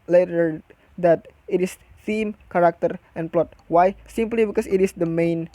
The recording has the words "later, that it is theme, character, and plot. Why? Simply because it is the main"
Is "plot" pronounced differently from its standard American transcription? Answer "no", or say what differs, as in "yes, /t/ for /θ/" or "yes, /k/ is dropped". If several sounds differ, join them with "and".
no